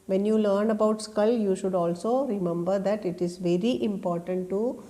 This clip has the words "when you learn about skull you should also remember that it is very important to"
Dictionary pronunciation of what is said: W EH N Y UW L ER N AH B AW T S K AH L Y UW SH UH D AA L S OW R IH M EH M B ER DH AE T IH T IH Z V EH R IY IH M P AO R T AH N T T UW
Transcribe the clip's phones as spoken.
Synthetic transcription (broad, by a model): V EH N Y UW L ER N AH B AW T S K AH L Y UW SH UH D AA L S OW R IH M EH M B ER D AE T IH T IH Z V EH R IY IH M P AO R T AH N T T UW